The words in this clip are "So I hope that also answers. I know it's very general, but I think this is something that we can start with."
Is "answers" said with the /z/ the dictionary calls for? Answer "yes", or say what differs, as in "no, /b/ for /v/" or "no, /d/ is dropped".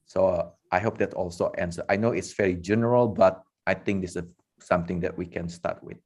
no, /z/ is dropped